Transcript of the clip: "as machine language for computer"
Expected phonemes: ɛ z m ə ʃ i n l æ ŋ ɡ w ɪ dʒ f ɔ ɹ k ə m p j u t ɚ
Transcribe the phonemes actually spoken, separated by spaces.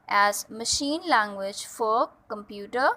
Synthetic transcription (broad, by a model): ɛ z m ə ʃ i n l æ ŋ ɡ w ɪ dʒ f ɔ ɹ k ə m p j u t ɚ